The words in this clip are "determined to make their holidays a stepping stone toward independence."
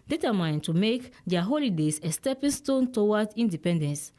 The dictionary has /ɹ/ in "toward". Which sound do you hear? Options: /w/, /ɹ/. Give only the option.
/w/